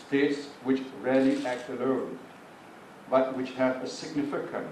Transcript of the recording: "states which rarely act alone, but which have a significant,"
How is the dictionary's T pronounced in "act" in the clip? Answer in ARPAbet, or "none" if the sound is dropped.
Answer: T